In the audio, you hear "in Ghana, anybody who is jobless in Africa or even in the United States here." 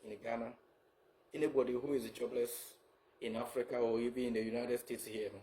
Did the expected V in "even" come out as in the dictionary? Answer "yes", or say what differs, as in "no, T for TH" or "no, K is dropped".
no, B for V